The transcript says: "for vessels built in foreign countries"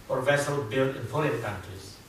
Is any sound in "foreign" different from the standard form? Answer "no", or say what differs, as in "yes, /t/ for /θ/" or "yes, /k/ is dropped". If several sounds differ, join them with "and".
yes, /l/ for /ɹ/